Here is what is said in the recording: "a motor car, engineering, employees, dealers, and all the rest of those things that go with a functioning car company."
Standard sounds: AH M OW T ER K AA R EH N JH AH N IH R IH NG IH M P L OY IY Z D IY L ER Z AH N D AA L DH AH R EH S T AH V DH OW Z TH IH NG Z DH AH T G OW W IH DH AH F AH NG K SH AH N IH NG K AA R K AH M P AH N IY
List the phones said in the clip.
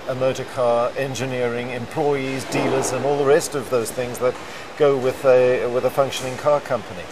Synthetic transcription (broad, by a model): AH M OW T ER K AA R EH N JH AH N IH R IH NG IH M P L OY IY Z D IY L ER Z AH N AA L DH AH R EH S T AH V DH OW Z TH IH NG Z DH AH T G OW W IH DH AH F AH NG K SH AH N IH NG K AA R K AH M P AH N IY